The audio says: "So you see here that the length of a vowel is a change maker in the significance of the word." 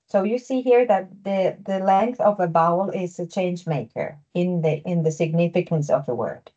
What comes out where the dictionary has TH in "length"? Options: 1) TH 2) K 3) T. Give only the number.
1